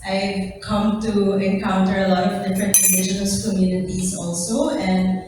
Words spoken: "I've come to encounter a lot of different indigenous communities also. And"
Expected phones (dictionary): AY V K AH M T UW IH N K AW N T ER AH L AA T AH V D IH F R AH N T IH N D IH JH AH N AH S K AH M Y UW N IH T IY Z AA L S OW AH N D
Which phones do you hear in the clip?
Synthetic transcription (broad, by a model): AY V K AH M T UW IH N K AW N T ER AH L AA T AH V D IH F R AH N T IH D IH SH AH N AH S K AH M Y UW N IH T IY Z AA L S OW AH N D